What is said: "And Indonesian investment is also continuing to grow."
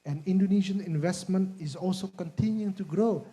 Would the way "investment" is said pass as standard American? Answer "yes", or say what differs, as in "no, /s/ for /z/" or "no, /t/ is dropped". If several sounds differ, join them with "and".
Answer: yes